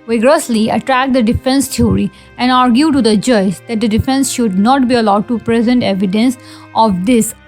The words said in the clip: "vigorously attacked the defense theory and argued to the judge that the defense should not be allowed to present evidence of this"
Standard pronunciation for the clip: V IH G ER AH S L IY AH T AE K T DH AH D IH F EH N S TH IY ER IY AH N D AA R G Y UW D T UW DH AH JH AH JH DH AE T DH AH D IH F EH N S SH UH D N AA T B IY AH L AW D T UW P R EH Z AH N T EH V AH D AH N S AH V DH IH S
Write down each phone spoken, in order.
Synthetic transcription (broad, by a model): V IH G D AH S L IY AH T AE K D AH D IH F EH N S T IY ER IY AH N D AA R G Y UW T UW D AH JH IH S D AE T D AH D IH F EH N S SH UH D N AA T B IY AH L AW D T UW P R EH Z AH N T EH V AH D AH N S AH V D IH S